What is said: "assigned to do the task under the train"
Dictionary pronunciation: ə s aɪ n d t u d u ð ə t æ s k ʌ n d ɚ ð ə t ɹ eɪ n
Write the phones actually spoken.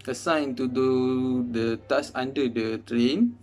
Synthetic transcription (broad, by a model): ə s aɪ n t u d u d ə t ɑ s ɑ n d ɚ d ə t ɹ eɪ n